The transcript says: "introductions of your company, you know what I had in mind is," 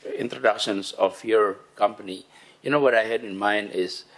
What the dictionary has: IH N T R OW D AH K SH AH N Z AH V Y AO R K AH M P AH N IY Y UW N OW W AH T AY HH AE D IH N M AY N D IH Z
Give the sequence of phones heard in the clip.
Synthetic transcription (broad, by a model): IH N T R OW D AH K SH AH N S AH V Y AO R K AH M P AH N IY Y UW N OW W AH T AY HH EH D IH N M AY N D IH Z